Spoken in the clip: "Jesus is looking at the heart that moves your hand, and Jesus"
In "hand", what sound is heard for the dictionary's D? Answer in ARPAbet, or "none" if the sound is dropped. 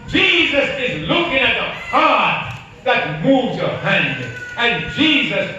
D